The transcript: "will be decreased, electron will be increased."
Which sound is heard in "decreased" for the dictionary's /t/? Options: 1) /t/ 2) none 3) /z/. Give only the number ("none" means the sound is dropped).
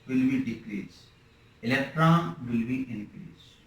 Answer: 2